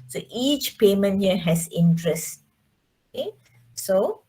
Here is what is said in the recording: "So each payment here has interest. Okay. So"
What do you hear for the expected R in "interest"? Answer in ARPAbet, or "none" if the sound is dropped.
R